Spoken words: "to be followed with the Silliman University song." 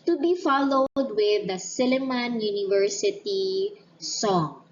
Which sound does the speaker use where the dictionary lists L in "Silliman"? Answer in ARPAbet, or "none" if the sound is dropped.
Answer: L